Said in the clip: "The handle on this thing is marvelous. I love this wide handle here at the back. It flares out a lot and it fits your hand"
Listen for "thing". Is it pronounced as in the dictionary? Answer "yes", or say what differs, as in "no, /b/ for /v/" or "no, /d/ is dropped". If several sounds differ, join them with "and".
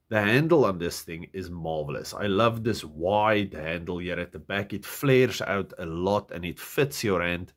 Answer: yes